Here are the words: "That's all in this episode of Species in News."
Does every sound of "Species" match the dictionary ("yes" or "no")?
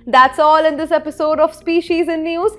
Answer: yes